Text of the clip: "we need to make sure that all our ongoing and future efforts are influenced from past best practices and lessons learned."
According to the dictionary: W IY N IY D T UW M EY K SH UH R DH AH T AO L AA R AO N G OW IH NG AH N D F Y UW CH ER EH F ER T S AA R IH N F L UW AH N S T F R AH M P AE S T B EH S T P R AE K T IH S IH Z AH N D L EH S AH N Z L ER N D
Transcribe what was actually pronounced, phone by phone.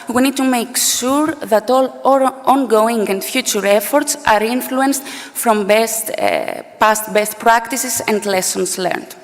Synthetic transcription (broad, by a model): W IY N IY D T UW M EY K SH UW R DH AH T AO L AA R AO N G OW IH NG AH N D F Y UW CH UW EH F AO T S AA R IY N F L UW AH N S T F R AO M P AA S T B EH S T P R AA K T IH S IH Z AH N D L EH S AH N S L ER N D